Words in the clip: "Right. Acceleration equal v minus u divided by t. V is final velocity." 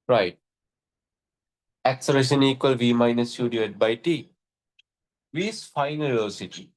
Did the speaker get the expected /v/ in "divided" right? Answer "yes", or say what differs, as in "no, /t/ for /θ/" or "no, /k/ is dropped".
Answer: no, /v/ is dropped